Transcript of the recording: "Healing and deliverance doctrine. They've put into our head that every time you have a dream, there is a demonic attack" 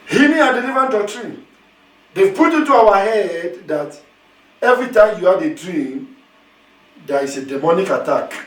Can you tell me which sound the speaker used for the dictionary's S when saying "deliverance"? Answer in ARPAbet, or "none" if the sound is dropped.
none